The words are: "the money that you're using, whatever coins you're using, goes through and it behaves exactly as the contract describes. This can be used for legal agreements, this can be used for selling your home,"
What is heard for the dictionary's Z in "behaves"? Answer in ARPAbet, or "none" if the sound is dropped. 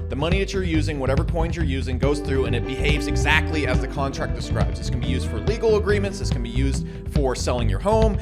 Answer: Z